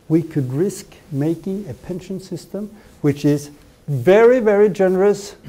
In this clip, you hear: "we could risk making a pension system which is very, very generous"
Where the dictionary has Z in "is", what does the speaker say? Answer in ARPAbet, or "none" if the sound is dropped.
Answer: Z